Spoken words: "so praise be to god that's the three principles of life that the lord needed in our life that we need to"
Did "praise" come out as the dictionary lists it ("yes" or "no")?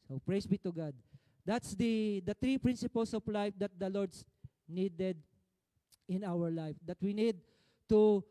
no